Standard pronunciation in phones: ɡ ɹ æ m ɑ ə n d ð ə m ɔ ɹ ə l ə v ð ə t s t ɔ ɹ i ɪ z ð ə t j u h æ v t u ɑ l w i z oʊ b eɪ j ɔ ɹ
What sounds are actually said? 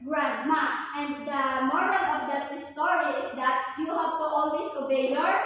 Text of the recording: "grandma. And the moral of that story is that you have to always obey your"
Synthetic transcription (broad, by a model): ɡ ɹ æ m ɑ ə n d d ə m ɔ ɹ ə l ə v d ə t s t ɔ ɹ i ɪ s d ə t j u h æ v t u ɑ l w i s oʊ b eɪ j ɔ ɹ